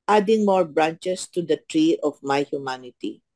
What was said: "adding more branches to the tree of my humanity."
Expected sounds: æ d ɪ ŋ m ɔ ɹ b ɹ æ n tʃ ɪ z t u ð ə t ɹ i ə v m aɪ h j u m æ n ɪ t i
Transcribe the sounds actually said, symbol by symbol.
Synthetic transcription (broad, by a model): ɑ d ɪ ŋ m ɔ ɹ b ɹ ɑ n tʃ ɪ s t u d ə t ɹ i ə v m aɪ h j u m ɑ n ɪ t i